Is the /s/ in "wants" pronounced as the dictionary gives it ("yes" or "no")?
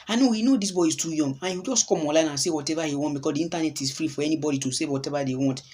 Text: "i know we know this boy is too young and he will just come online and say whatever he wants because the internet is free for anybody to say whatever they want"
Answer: no